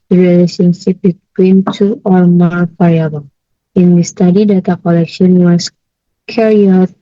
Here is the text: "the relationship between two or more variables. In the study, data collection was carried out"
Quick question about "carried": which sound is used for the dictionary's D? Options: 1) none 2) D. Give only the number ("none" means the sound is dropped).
1